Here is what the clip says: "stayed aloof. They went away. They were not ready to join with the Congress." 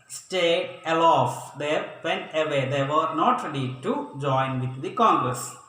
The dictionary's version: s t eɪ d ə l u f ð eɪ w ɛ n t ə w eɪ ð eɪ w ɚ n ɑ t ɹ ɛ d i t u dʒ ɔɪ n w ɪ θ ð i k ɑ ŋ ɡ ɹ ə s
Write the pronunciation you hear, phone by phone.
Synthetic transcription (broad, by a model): s t eɪ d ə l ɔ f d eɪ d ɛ n ə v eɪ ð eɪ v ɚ n ɑ t ɹ ɛ d i t u dʒ ɔɪ n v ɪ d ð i k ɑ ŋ ɡ ɹ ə s